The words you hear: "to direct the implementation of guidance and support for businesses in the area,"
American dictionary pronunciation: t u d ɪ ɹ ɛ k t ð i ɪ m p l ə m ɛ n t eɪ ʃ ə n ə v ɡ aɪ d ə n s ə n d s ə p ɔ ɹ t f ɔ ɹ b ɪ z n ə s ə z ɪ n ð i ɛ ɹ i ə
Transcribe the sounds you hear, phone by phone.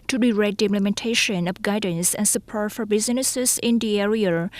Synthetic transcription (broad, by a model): t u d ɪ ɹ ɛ t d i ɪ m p l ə m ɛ n t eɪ ʃ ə n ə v ɡ aɪ d ə n s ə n s ə p ɔ ɹ t f ɔ ɹ b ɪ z n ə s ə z ɪ n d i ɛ ɹ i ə